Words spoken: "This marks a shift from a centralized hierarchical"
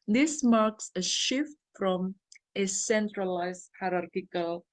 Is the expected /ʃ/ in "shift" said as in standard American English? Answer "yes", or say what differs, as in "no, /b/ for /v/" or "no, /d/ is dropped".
yes